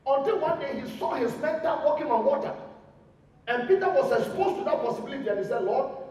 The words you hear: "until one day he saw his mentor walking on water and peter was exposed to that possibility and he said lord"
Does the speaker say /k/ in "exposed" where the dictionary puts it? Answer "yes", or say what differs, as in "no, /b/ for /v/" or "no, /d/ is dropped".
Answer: no, /k/ is dropped